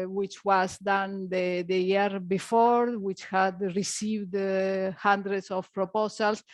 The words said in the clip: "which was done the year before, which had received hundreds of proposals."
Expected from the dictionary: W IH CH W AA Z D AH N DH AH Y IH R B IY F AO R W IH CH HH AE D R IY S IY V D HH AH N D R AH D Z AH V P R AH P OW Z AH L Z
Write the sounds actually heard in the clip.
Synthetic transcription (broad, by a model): W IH CH W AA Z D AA N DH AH Y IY R B IY F AO R W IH CH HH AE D R IY S IY V D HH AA N D R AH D S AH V P R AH P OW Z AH L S